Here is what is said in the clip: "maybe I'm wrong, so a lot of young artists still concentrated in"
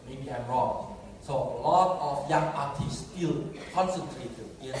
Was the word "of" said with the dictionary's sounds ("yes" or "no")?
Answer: no